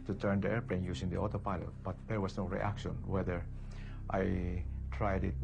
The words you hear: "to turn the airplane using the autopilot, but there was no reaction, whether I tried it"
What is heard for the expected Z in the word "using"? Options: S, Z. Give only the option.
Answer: S